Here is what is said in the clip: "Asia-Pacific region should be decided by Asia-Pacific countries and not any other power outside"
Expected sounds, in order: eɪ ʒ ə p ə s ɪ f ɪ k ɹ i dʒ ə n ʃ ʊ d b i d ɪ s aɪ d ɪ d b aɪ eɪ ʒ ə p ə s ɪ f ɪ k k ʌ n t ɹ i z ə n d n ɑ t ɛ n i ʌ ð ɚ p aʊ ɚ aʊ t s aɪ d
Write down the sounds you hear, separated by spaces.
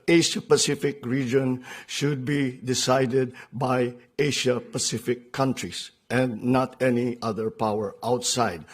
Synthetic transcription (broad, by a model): eɪ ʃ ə p ə s ɪ f ɪ k ɹ i dʒ ə n ʃ ʊ d b i d ɪ s aɪ d ɪ d b aɪ eɪ ʃ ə p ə s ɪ f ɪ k k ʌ n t ɹ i s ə n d n ɑ t ɛ n i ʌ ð ɚ p aʊ ɚ aʊ t s aɪ d